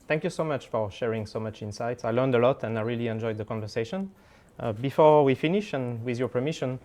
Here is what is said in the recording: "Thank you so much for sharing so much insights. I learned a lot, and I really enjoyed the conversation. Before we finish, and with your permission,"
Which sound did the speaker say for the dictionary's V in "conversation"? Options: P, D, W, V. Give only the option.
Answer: V